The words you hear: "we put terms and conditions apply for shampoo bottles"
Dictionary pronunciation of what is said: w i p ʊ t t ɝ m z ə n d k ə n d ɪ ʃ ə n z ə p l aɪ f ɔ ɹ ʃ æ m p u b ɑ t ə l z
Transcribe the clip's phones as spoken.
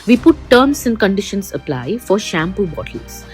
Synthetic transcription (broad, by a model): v i p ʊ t t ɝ m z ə n k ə n d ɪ ʃ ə n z ə p l aɪ f ɔ ɹ ʃ æ m p u b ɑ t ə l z